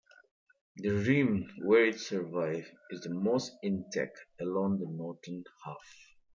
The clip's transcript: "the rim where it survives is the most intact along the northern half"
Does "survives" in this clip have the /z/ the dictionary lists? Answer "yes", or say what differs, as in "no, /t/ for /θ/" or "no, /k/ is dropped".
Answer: no, /z/ is dropped